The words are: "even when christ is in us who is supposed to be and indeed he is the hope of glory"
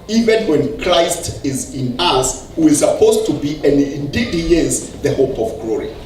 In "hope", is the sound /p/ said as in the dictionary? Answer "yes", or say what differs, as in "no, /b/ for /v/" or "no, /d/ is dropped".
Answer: yes